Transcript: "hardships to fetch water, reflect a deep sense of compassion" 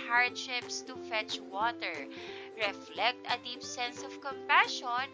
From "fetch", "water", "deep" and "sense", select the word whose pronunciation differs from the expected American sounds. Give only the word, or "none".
none